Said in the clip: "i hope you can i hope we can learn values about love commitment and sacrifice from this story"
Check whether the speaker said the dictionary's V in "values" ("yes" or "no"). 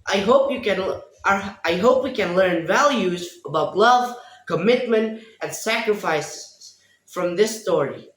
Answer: yes